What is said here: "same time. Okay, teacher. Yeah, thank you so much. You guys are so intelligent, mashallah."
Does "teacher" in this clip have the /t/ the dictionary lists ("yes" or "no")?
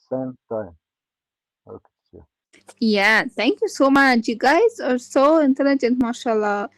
no